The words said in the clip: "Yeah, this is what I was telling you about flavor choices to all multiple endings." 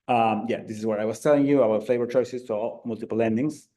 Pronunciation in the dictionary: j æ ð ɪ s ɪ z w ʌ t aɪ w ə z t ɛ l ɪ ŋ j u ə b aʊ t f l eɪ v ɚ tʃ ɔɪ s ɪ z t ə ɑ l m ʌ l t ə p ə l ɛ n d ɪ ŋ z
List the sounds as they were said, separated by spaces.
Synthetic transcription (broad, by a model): j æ ð ɪ s ɪ z w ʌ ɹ aɪ w ə z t ɛ l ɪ ŋ j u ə aʊ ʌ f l eɪ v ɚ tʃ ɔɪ s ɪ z t ə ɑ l m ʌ l t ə p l l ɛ n d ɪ ŋ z